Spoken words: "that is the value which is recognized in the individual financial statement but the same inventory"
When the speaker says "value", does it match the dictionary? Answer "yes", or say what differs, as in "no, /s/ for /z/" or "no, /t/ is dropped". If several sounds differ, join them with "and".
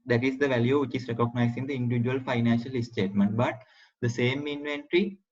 yes